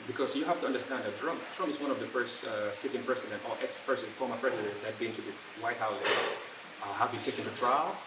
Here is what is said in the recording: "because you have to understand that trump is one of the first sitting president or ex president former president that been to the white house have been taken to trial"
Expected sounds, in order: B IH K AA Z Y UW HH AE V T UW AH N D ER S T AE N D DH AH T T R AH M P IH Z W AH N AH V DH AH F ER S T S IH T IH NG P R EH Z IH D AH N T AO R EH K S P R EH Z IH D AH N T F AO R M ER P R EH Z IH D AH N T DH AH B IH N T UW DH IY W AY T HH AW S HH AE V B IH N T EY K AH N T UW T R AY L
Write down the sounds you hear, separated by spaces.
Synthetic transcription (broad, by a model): B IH K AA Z Y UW HH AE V T UW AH N D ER S T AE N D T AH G T R AH M P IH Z W AH N AH V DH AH F ER S T S IH T IH NG P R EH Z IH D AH N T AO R EH K S P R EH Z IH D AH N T F AO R M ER P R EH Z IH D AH N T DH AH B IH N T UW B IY W AY T HH AW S HH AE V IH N T EY K AH N T UW T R AY L